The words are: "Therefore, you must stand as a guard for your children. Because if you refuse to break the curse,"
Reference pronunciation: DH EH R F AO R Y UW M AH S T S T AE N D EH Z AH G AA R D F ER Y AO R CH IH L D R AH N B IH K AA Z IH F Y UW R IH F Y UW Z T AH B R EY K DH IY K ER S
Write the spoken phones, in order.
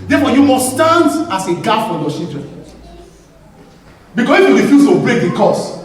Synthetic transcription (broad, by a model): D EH F AO Y UW M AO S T S T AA N D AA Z AH G AA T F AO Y AO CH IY L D R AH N B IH K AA S IH F Y UW R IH F Y UW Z T AH B R EY K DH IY K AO S